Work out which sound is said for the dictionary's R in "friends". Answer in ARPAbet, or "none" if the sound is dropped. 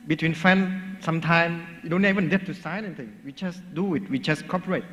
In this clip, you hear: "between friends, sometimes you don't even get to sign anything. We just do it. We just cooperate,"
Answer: none